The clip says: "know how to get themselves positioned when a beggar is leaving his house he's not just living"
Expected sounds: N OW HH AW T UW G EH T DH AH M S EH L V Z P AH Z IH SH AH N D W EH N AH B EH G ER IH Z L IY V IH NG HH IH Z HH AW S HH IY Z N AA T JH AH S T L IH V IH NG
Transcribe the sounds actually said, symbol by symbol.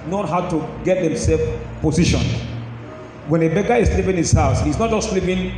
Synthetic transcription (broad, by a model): N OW HH AW T UW G EH T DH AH M S EH L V P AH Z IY SH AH N W EH N AH B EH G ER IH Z L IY P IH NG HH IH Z HH AW S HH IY S N AA T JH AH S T L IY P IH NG